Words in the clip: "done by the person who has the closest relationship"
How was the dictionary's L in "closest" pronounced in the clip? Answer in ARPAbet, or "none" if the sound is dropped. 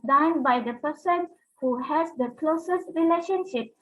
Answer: L